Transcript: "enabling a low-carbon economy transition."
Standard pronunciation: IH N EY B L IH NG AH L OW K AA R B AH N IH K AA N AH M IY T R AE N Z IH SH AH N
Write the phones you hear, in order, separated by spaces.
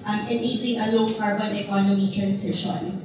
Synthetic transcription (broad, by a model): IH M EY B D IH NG AH L OW K AA R B AH N IH K AA N AH M IY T R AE N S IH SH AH N